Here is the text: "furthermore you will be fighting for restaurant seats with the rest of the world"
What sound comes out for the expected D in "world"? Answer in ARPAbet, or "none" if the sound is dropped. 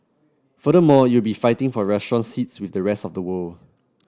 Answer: none